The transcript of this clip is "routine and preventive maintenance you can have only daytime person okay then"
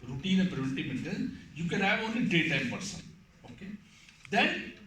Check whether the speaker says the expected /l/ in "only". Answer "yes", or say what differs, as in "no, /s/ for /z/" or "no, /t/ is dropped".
no, /l/ is dropped